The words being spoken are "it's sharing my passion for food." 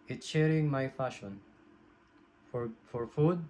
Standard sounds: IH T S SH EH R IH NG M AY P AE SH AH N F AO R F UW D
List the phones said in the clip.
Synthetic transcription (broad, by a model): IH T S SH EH R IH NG M AY F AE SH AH N F AO R F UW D